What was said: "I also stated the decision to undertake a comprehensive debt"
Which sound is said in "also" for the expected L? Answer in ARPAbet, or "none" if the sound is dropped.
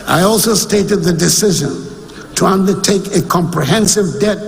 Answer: L